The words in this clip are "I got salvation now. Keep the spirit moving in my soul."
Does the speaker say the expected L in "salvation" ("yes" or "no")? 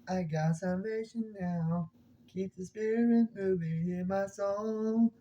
no